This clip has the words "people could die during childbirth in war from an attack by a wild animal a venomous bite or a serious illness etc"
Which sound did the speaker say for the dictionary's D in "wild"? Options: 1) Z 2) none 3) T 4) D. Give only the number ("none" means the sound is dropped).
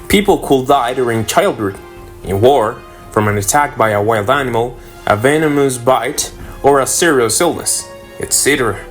4